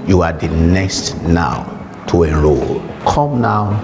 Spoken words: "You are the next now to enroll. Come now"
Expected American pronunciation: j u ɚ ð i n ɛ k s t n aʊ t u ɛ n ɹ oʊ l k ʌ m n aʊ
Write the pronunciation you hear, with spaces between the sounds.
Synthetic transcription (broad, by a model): j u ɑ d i n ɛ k s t n aʊ t u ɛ ɹ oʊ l k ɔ m n aʊ